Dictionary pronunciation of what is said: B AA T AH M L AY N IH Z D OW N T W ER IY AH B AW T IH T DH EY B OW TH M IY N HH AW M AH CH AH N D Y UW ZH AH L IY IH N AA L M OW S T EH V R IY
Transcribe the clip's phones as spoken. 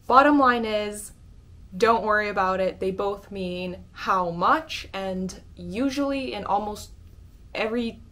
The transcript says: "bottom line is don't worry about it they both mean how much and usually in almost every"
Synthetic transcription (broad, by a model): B AA T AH M L AY N IH Z D OW N T W ER IY AH B AW T IH T DH EY B OW TH M IY N HH AW M AH CH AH N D Y UW ZH L IY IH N AA L M OW S T EH V R IY